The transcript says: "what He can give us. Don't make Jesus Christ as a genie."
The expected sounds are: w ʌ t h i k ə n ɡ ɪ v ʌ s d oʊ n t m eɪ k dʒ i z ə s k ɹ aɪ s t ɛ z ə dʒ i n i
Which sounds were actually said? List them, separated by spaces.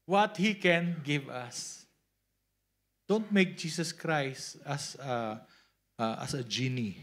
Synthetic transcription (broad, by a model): w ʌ t h i k ə n ɡ ɪ v ʌ s d oʊ n t m eɪ k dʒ i s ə s k ɹ aɪ s t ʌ s ə dʒ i n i